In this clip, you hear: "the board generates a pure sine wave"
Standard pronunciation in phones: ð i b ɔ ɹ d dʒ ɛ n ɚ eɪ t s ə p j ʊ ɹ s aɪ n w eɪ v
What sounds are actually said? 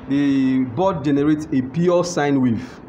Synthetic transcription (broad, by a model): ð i b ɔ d dʒ ɛ n ɚ eɪ t s ə p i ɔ s aɪ n w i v